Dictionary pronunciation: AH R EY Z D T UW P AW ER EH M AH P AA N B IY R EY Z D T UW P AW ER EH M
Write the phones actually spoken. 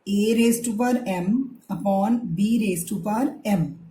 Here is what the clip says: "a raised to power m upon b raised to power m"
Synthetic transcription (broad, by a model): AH R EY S T UW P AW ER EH M AH P AA N B IY R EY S T UW P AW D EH M